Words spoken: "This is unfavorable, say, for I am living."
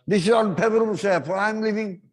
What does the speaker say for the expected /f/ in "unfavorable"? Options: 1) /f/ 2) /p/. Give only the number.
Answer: 2